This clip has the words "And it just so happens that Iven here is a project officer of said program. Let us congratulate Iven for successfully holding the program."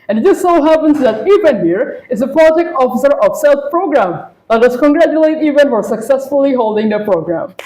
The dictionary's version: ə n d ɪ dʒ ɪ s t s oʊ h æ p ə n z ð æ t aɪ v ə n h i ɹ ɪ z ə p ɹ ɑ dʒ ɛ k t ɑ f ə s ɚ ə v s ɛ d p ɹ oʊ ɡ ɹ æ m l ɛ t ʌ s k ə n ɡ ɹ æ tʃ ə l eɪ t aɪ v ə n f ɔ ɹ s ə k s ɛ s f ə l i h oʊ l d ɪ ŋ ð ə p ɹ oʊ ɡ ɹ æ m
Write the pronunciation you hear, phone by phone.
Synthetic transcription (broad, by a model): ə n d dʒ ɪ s s oʊ h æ p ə n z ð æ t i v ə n h i ɹ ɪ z ə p l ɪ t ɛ k ɑ f ə s ɚ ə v s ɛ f p ɹ oʊ ɡ ɹ æ m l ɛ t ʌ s k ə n ɡ ɹ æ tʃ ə l eɪ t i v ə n f ɔ ɹ s ə k s ɛ s f ə l i h oʊ l d ɪ ŋ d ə p ɹ oʊ ɡ ɹ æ m